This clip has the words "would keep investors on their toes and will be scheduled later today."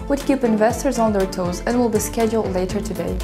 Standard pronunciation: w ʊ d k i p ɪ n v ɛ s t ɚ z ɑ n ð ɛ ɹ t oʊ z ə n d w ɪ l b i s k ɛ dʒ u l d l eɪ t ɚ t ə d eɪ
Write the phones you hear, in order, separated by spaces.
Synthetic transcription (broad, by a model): w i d k i p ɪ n v ɛ s t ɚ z n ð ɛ ɹ t oʊ z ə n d w ɪ l b i s k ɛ dʒ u l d l eɪ t ɚ t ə d eɪ